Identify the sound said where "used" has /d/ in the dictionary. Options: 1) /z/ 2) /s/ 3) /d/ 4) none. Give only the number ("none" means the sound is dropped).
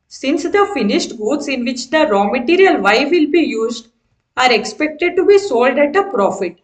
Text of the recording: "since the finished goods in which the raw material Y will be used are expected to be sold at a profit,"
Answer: 3